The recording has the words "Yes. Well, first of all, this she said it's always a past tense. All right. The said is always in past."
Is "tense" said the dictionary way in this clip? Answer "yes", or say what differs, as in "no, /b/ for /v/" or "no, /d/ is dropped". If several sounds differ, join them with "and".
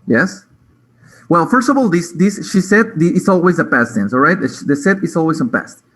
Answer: no, /s/ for /t/